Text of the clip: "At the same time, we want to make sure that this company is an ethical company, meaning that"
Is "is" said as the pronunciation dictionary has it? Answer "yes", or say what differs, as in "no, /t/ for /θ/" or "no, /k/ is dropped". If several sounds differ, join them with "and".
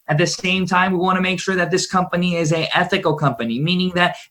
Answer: yes